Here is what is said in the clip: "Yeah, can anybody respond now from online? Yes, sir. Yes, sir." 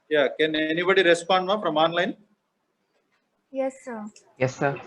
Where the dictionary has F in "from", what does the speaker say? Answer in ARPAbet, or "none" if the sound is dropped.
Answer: P